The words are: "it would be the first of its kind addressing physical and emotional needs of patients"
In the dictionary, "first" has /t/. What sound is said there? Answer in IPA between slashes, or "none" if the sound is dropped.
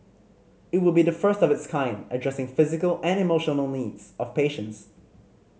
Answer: /t/